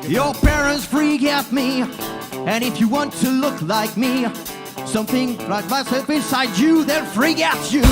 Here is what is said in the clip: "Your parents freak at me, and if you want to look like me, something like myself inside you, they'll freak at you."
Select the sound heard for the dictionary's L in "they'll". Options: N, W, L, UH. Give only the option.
N